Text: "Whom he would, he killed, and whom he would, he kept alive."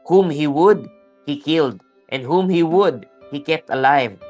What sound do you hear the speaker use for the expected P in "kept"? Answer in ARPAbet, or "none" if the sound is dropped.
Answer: P